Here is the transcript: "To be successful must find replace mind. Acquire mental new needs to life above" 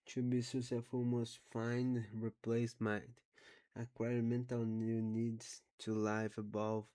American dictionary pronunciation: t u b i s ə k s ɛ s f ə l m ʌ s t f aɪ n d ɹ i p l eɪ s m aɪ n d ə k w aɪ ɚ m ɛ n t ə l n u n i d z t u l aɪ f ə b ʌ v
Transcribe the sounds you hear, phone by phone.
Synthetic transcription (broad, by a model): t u b i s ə s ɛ f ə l m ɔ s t f aɪ n ɹ i p l eɪ s m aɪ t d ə k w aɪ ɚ m ɛ n t ə l n u n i d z t u l aɪ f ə b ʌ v